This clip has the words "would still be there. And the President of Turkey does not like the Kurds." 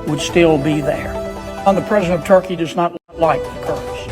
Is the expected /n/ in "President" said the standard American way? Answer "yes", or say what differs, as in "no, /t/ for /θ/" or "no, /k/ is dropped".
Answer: no, /n/ is dropped